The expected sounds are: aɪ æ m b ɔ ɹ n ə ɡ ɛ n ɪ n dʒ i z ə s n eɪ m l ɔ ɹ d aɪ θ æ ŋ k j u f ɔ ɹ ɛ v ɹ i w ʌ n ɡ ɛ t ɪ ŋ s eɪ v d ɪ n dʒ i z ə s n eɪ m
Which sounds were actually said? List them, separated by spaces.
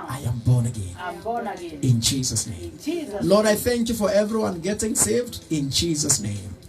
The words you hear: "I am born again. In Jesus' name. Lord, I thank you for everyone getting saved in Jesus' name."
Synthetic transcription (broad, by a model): aɪ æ m b ɔ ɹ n ə ɡ ɛ n ɪ n dʒ i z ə s n eɪ m l ɔ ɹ d aɪ θ æ ŋ k j u f ɔ ɹ ɛ v ɹ i w ʌ n ɡ ɛ t ɪ ŋ s eɪ v d ɪ n dʒ i z ə s n eɪ m